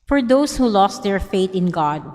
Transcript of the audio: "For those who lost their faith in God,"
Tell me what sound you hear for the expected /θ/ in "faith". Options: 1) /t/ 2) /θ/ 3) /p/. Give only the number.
1